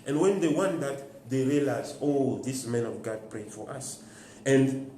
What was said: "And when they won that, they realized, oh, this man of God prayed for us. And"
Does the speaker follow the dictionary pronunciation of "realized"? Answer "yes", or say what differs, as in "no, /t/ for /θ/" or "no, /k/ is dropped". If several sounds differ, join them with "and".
no, /d/ is dropped